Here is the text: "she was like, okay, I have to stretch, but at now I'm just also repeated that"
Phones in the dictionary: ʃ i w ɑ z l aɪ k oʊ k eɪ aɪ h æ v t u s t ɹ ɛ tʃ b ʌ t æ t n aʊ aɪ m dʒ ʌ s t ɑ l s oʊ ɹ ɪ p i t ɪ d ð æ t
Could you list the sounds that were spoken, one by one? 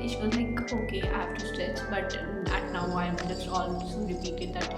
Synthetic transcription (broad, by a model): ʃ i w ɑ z l aɪ k oʊ k eɪ aɪ h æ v t u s t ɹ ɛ s b ʌ t æ t n aʊ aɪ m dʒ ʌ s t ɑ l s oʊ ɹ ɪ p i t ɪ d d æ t